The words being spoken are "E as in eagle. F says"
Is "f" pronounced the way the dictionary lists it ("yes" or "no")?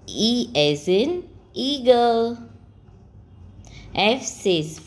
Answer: yes